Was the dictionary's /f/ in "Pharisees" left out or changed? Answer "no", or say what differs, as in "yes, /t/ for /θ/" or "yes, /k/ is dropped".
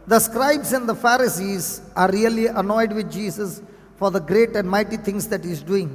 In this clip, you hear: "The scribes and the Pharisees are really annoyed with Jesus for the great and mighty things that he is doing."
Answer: no